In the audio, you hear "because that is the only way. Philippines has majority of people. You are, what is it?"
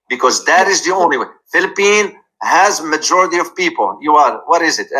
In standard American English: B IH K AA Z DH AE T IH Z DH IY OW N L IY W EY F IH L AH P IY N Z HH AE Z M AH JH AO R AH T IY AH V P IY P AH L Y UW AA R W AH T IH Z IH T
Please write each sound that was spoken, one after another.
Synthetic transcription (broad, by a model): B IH K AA Z DH AE T IH Z DH IY OW N L IY W EY F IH L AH P IY N HH AE Z M AH JH AO R AH T IY AH V P IY P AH L Y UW AA R W AH T IH Z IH T